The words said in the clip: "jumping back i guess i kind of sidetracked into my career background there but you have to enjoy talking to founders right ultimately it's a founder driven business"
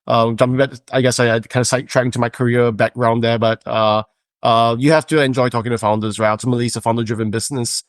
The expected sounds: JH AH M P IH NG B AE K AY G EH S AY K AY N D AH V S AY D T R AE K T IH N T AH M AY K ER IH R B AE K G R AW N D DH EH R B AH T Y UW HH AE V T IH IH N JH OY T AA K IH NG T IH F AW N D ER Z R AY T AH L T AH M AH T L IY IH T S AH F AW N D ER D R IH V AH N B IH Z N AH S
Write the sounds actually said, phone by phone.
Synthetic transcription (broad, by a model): JH AH M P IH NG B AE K AY G EH S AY K AY N D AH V S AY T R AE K IH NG T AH M AY K ER IH R B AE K R AW N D DH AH R B AH T Y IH HH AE F T IH IH N JH OY T AA K IH NG T IH F AW N D ER Z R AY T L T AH M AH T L IY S AH F AW N D ER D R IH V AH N B IH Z N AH S